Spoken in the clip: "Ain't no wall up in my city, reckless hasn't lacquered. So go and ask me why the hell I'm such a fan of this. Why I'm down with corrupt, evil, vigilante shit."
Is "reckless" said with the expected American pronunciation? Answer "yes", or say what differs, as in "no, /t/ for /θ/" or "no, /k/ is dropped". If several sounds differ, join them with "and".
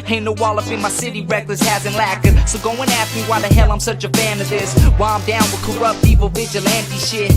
yes